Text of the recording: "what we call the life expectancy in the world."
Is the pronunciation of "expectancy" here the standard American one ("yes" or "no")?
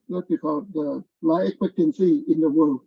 yes